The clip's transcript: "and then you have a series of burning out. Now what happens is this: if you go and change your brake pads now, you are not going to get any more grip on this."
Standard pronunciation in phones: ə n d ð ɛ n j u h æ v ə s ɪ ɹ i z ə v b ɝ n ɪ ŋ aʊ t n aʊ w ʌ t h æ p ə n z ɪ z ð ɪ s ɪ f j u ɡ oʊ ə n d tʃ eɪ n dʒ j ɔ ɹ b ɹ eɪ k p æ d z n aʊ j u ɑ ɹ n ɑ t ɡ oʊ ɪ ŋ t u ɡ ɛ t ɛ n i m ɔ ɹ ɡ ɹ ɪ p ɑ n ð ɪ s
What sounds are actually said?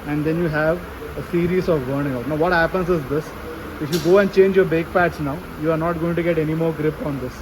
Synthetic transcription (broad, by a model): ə n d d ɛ n j u h æ v ə s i ɹ i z ə v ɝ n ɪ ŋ aʊ t n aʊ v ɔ t h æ p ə n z ɪ z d ɪ s ɪ f j u ɡ oʊ ə n d tʃ eɪ n dʒ j ɔ ɹ b eɪ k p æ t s n aʊ j u ɑ ɹ n ɑ t ɡ oʊ ɪ ŋ t u ɡ ɛ t ɛ n i m ɔ ɹ ɡ ɹ ɪ p ɑ n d ɪ s